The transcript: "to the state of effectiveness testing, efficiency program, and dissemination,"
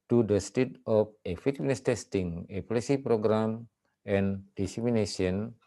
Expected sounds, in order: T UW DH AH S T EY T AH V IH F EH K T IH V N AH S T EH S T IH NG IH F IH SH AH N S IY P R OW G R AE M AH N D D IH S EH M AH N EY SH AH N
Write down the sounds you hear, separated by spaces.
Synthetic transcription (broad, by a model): T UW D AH S T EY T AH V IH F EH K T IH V N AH S T EH S T IH NG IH P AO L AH S IY P R OW G R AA M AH N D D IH S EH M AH N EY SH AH N